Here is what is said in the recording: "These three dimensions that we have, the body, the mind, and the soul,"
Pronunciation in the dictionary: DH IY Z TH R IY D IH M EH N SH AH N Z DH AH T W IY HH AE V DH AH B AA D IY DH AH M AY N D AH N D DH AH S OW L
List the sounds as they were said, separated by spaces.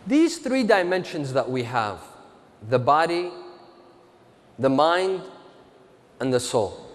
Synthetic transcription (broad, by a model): DH IY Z TH R IY D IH M EH N SH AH N Z DH AH T W IY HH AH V DH AH B AA D IY DH AH M AY N D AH N DH AH S OW L